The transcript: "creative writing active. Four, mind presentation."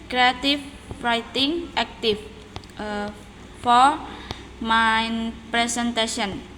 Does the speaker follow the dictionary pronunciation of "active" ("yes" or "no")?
no